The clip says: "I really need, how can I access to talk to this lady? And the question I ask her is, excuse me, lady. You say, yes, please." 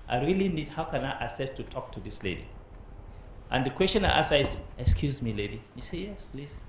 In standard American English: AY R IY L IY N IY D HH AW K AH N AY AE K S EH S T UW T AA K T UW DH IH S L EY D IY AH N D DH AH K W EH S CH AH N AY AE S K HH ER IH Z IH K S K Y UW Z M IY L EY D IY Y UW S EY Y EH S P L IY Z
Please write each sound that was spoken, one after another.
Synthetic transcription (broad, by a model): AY R IY L IY N IY D HH AW K AH N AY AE S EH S T UW T AA K T UW DH IH S L EY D IY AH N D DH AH K W EH S CH AH N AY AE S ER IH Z IH K S K Y UW Z M IY L EY D IY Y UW S EY Y EH S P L IY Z